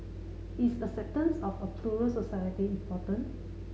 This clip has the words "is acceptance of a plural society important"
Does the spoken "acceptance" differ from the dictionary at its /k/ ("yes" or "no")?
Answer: yes